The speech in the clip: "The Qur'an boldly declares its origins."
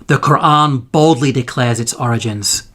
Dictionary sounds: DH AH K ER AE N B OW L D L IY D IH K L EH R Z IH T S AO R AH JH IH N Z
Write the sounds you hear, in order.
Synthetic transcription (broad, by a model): DH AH K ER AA N B OW L D L IY D IH K L EH R Z IH T S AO R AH JH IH N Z